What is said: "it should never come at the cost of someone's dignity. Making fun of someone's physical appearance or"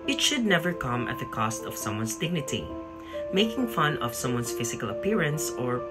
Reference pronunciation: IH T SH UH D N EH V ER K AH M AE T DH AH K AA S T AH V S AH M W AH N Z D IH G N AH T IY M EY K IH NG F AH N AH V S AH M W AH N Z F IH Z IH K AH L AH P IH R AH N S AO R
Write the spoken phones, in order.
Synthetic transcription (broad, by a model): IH T SH UH D N EH V ER K AH M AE T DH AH K AA S T AH V S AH M W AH N S D IH G N AH T IY M EY K IH NG F AH N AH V S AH M W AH N S F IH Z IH K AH L AH P IH R AH N S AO R